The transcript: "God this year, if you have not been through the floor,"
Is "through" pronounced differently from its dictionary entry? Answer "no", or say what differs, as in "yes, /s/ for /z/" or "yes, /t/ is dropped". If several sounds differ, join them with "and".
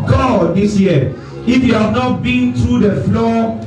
yes, /t/ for /θ/